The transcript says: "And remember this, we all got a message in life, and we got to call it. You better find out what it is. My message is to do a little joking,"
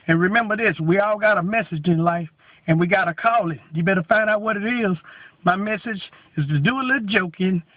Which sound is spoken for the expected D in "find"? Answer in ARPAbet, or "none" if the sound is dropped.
D